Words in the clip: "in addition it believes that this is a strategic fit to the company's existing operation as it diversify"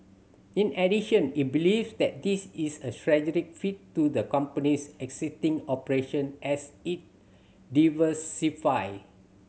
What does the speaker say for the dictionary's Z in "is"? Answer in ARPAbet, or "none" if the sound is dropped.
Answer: S